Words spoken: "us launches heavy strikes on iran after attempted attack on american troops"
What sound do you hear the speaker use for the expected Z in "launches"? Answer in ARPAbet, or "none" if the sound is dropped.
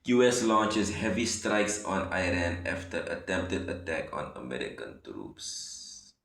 S